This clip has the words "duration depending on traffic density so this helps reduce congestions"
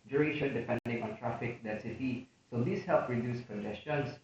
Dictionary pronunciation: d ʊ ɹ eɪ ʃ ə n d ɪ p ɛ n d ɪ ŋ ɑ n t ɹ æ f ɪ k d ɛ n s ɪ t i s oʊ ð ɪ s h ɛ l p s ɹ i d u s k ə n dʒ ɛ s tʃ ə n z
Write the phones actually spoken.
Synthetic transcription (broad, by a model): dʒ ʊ ɹ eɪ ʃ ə n d ɪ p ɛ n d ɪ ŋ ɑ n t ɹ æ f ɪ k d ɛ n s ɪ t i s oʊ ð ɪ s h ɛ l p ɹ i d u s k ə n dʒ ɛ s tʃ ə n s